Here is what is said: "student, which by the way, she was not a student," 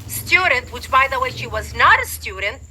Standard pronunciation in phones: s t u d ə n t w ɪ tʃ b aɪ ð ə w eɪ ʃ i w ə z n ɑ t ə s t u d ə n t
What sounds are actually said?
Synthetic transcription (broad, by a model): s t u d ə n t w ɪ tʃ b aɪ ð ə w eɪ ʃ i w ə z n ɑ t ə s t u d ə n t